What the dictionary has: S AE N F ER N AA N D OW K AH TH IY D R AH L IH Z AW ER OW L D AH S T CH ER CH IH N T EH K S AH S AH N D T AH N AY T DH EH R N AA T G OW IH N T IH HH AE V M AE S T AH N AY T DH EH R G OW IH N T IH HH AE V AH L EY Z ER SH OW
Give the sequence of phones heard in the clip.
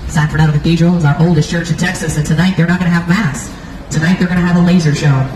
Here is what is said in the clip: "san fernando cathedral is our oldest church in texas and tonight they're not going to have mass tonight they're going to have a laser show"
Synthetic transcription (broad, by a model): S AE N F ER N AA D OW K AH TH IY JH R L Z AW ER OW L D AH S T CH ER CH IH N T EH K S AH S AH N T AH N AY T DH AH R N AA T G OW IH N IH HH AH V M AE S T AH N AY T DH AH R G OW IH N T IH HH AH V AH L EY Z ER SH OW